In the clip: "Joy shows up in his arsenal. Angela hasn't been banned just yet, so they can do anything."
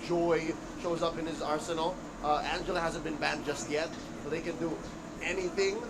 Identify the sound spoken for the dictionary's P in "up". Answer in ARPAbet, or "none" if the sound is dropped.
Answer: P